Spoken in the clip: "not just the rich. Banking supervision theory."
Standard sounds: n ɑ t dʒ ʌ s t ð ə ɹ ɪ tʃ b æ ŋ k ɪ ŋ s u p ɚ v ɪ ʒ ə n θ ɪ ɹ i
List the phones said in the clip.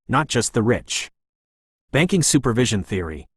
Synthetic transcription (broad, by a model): n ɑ t dʒ ʌ s t ð ə ɹ ɪ tʃ b æ ŋ k ɪ ŋ s u p ɚ v ɪ ʒ ə n θ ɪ ɹ i